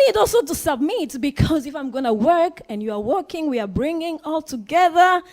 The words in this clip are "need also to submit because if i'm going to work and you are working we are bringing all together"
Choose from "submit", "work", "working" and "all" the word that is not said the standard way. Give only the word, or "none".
none